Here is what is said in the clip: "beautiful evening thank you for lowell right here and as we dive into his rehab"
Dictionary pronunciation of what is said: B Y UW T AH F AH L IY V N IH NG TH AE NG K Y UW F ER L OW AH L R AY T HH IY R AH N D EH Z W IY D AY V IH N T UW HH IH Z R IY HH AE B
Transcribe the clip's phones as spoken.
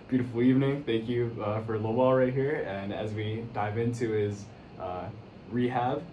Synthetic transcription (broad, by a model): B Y UW T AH F L IY V N IH NG TH AE NG K Y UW F ER L OW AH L R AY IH HH IY R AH N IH Z W IY D AY V IH N T UW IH Z R IY HH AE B